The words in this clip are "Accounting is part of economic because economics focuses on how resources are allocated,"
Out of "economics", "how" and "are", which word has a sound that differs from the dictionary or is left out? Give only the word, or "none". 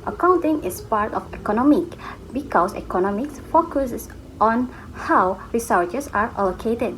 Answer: none